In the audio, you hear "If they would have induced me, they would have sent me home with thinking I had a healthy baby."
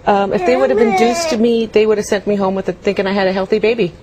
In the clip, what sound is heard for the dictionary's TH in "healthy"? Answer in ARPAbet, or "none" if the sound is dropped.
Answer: TH